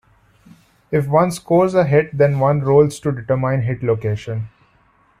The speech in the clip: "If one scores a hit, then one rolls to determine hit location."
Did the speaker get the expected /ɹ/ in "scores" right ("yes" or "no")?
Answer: yes